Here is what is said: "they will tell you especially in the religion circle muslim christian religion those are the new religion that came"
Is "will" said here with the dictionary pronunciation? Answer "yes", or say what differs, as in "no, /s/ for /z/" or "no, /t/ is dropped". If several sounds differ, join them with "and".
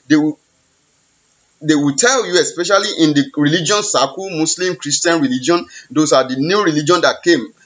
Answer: no, /w/ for /l/